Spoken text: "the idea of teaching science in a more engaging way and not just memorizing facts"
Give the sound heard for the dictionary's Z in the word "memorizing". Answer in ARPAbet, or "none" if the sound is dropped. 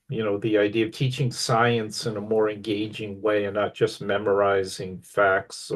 Z